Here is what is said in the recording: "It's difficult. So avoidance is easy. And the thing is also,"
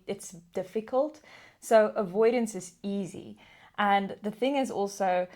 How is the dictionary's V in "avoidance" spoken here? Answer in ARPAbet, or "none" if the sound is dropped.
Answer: V